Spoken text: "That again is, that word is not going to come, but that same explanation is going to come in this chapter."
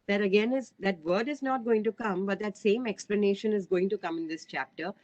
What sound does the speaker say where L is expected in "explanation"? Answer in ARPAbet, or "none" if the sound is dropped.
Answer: L